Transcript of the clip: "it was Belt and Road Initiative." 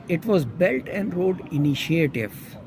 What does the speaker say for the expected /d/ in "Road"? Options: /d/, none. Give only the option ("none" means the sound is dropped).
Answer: /d/